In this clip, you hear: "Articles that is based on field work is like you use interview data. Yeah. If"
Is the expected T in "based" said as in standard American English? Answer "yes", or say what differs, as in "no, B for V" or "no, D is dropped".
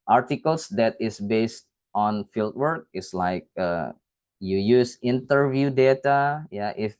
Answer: yes